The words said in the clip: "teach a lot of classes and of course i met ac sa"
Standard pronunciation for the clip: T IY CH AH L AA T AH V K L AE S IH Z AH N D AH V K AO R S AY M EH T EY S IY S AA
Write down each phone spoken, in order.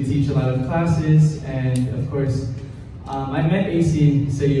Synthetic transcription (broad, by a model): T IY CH AH L AA T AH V K L AE S IH Z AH N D AH V K AO R S AY M EH T EY S IY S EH